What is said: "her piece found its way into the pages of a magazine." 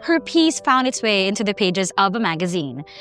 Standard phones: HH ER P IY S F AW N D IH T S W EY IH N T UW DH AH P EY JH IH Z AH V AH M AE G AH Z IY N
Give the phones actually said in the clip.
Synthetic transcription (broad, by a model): HH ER P IY S F AW N D IH T S W EY IH N T UW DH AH P EY JH IH Z AH V AH M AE G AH Z IY N